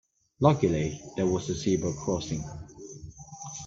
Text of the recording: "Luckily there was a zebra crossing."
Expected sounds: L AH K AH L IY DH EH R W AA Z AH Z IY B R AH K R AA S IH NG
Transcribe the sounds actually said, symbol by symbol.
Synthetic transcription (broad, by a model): L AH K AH L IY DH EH W AA Z AH S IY B AH K R AA S IH NG